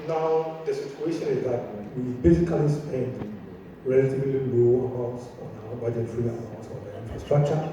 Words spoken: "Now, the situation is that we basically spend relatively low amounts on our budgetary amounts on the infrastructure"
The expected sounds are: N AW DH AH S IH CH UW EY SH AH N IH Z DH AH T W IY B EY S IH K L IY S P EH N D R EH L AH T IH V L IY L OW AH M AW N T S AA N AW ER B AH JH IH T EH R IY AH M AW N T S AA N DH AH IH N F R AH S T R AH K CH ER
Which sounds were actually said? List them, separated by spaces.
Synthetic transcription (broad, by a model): N AW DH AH S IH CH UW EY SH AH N IH Z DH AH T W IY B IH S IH K L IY S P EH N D R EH L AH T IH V L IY N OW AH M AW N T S AA N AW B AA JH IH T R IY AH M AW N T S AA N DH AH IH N F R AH S T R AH K CH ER